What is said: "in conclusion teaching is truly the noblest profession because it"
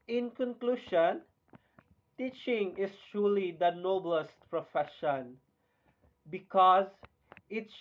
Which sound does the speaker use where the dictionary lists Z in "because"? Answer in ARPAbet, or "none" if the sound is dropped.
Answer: Z